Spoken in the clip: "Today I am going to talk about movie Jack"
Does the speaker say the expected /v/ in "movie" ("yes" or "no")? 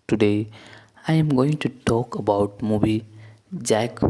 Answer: no